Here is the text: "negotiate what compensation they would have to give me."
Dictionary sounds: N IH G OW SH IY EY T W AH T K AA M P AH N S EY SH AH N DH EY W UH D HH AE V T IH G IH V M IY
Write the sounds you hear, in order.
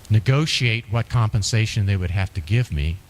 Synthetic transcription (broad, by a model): N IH G OW SH IY EY T W AH T K AA M P AH N S EY SH AH N DH EY W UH D HH AE F T IH G IH V M IY